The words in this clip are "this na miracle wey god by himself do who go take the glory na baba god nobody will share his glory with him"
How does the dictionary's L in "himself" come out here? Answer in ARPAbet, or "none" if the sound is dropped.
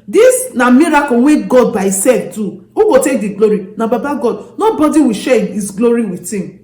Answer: none